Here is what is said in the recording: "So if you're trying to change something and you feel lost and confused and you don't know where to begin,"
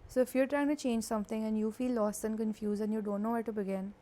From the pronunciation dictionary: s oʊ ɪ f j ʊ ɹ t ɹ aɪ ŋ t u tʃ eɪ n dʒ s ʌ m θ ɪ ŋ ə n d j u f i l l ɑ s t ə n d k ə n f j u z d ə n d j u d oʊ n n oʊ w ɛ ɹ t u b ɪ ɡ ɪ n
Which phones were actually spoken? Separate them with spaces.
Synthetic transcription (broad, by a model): s oʊ ɪ f j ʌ ɹ t ɹ aɪ ŋ t u tʃ eɪ n dʒ s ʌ m t ɪ ŋ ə n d j u f i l l ɑ s t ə n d k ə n f j u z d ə n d j u d oʊ n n oʊ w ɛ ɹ t u b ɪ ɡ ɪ n